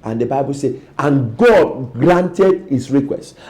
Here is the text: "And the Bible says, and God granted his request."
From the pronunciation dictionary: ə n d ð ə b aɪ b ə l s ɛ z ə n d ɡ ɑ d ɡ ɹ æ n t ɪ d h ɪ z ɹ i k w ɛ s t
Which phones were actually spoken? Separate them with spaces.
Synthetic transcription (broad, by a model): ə n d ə b aɪ b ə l s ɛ ə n ɡ ɑ d ɡ ɹ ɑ n t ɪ d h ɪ s ɹ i k w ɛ s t